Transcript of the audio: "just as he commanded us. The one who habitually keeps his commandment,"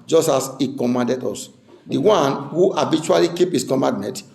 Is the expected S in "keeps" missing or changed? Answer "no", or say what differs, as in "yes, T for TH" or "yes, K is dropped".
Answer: yes, S is dropped